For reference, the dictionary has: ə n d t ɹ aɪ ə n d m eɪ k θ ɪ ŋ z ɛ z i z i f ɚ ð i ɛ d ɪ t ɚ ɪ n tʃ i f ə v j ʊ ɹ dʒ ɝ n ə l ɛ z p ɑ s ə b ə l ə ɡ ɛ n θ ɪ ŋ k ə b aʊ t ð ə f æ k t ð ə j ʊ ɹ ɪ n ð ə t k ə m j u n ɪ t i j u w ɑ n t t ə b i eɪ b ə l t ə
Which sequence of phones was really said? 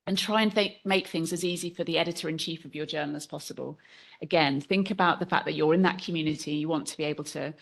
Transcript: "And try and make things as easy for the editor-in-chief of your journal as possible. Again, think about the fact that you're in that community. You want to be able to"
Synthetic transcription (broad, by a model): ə n t ɹ aɪ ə n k m eɪ k θ ɪ ŋ z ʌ z i z i f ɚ ð i ɛ d ɪ t ɚ ɪ n tʃ i f ə v j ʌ dʒ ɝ n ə l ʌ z p ɑ s ə b ə l ə ɡ ɛ n θ ɪ ŋ k ə b aʊ t ð ə f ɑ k ð ə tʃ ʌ ɹ ɪ n ð ə t k ə m j u n ɪ t i j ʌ w ɑ n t t ə b i eɪ b ə l t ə